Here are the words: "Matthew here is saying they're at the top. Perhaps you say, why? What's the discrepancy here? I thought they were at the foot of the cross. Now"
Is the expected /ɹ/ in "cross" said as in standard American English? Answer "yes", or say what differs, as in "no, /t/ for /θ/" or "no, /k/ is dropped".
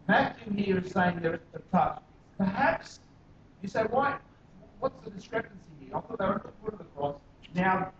no, /ɹ/ is dropped